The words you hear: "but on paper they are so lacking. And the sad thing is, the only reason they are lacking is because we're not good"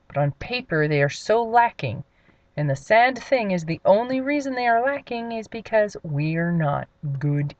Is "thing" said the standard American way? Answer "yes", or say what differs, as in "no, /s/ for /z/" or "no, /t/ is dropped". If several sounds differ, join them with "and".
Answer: yes